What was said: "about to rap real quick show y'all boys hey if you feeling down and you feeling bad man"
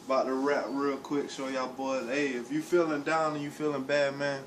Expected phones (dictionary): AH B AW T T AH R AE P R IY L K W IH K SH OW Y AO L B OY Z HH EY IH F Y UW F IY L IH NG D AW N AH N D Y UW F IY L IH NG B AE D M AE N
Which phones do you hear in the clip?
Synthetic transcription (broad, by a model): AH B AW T T AH R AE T R IY L K W IH K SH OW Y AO B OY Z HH EY IH F Y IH F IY L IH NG D AW N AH N Y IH F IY L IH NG B AE D M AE N